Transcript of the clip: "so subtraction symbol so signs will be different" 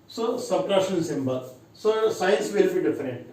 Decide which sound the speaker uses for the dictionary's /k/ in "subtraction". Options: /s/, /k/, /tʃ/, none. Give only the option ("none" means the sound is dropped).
none